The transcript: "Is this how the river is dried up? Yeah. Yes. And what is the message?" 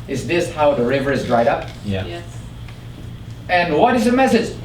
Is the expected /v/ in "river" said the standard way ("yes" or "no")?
yes